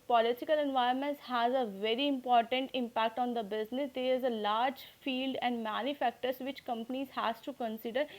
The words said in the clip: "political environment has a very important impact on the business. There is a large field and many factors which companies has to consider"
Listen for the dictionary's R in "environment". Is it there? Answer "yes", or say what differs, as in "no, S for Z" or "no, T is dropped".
no, R is dropped